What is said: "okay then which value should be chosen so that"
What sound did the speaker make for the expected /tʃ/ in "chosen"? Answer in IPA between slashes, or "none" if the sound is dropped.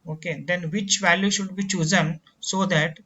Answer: /tʃ/